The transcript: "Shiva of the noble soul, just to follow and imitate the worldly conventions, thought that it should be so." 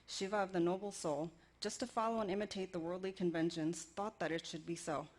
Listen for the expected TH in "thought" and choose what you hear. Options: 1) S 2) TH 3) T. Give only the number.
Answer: 2